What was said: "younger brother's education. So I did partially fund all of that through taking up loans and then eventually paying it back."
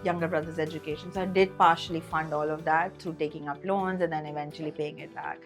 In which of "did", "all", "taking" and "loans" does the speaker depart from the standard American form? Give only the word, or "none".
none